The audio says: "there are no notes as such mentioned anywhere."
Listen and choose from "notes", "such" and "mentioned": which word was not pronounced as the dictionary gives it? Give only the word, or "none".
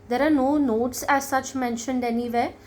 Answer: none